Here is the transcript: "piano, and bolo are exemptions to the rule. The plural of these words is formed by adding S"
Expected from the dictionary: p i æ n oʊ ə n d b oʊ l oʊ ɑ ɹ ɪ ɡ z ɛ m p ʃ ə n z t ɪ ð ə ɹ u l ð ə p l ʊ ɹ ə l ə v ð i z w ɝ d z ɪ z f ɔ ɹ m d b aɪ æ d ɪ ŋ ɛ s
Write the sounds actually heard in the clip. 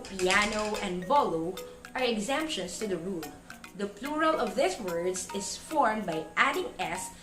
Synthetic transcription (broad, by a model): p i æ n oʊ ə n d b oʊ l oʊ ɑ ɹ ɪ ɡ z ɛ m p ʃ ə n s t ɪ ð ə ɹ u l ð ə p l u ɹ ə l ə v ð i s w ɝ d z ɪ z f ɔ ɹ m b aɪ æ d ɪ ŋ ɛ s